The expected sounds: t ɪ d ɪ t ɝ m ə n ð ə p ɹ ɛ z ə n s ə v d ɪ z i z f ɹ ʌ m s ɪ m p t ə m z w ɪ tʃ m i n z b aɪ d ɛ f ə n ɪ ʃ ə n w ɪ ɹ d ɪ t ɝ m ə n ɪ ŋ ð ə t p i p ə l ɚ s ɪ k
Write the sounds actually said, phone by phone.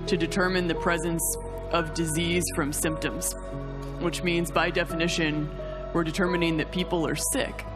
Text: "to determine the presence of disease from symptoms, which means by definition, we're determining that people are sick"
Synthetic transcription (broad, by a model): t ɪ d ɪ t ɝ m ə n ð ə p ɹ ɛ z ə n s ə v d ɪ z i z f ɹ ʌ m s ɪ m p t ə m z w ɪ tʃ m i n z b aɪ d ɛ f ə n ɪ ʃ ə n w ɪ ɹ d ɪ t ɝ m ə n ɪ ŋ ð ə t p i p l ɚ s ɪ k